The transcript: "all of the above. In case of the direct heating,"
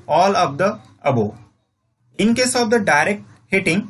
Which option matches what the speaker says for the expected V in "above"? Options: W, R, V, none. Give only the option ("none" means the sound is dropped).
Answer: none